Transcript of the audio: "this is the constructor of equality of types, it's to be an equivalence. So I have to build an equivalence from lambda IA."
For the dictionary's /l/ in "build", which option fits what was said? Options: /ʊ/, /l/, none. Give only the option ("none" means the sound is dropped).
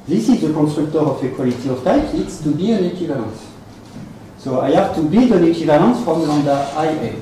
none